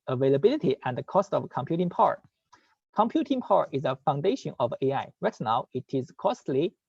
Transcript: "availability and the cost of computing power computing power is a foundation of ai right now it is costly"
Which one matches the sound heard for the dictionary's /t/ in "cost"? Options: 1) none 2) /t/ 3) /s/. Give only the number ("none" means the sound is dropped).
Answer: 2